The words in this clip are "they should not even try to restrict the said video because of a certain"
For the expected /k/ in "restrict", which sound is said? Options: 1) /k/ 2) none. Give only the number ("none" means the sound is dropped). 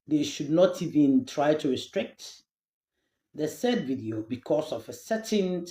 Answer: 1